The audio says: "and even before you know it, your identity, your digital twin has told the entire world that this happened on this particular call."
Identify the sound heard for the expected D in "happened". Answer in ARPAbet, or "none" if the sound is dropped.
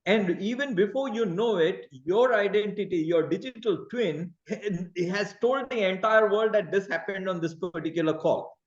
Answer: D